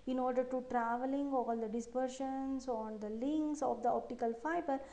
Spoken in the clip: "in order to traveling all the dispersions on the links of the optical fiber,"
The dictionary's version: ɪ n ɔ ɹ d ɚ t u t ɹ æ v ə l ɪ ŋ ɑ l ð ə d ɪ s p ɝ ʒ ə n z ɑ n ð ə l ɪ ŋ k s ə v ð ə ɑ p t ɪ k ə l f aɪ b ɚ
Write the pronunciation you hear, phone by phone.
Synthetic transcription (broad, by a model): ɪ n ɔ ɹ d ɚ t u t ɹ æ v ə l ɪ ŋ ɑ l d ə d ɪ s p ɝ ʃ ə n s ɑ n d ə l ɪ ŋ k s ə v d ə ɑ p t ɪ k ə l f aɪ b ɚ